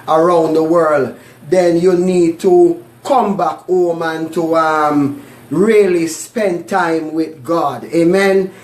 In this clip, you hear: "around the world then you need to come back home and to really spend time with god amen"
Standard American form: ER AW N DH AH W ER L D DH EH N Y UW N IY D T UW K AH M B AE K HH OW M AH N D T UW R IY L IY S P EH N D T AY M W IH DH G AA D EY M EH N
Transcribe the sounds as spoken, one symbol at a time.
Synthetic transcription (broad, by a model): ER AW N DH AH W ER L D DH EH N Y UW N IY D T UW K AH M B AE K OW M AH N T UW R IY L IY S P EH N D T AY M W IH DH G AA D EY M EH N